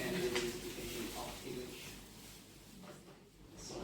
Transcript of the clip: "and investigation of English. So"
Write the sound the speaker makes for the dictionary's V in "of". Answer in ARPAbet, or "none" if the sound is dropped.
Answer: F